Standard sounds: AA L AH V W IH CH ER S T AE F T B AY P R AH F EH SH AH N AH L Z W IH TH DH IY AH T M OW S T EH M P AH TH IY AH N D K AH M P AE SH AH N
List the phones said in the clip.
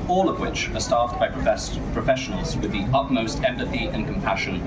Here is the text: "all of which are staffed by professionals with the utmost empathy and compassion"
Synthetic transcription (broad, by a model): AA L AH V W IH CH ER S T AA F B AY P R AH F EH SH AH N AH L Z W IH DH IY AH T M OW S T EH M P AH TH IY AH N K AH M P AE SH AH N